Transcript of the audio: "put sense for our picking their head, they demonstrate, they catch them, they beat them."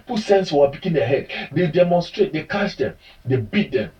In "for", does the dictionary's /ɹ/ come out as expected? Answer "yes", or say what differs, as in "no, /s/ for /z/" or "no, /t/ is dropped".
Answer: no, /w/ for /ɹ/